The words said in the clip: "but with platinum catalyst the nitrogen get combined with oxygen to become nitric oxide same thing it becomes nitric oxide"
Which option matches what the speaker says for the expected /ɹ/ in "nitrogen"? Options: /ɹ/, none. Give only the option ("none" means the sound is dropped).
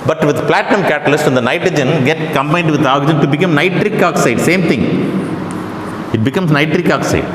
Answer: /ɹ/